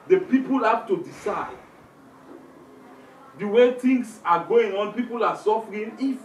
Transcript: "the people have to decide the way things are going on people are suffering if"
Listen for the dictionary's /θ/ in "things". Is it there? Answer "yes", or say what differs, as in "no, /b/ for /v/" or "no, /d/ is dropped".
no, /t/ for /θ/